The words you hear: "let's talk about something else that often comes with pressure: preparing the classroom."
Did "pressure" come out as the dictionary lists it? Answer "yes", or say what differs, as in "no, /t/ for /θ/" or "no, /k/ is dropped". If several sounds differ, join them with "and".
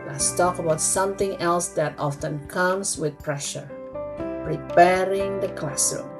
yes